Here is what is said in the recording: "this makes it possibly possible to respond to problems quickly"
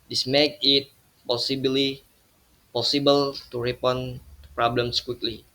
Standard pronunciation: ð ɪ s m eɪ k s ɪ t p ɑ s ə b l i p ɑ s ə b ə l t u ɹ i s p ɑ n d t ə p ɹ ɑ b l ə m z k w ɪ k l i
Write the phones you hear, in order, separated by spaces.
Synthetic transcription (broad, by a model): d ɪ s m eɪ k ɪ t p ɑ s ə b l i p ɑ s ə b ə l t u ɹ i p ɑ n p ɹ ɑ b l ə m s k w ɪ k l i